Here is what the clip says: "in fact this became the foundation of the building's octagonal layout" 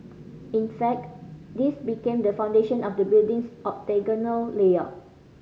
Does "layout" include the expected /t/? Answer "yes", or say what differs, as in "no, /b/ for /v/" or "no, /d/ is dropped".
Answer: no, /t/ is dropped